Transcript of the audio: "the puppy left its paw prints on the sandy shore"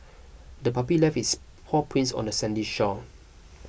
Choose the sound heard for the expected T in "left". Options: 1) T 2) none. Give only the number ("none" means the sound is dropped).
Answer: 2